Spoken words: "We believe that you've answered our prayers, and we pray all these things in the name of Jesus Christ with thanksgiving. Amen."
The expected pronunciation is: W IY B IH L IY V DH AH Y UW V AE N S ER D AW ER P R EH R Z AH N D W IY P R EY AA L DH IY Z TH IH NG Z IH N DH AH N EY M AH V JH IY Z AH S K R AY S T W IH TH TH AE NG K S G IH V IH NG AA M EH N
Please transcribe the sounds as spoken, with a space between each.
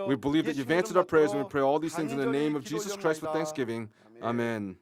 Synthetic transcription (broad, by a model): W IY B IH L IY V DH AH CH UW V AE N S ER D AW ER P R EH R Z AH N W IY P R EY AA L DH IY Z TH IH NG Z IH N DH AH N EY M AH V JH IY Z AH S K R AY S T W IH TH TH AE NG K S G IH V IH NG AA M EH N